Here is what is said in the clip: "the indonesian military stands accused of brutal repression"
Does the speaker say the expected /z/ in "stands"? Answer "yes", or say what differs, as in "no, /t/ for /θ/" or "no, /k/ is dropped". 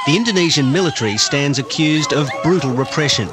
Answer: yes